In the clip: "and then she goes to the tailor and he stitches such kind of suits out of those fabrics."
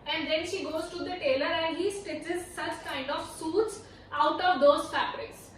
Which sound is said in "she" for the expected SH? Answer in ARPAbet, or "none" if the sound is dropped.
SH